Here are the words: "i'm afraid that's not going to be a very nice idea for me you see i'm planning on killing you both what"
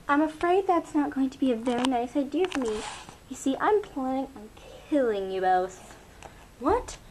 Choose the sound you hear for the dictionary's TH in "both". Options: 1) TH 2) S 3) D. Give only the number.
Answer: 2